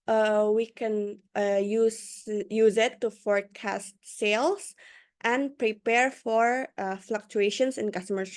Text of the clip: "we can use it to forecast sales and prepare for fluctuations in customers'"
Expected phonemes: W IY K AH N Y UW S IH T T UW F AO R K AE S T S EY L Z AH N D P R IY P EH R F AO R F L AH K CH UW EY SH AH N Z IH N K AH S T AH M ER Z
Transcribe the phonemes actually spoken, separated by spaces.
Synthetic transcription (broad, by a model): W IY K AH N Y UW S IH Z T UW F AO R K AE S T S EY L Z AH N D P R IY P EH R F AO R F L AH K CH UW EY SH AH N S IH N K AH S T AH M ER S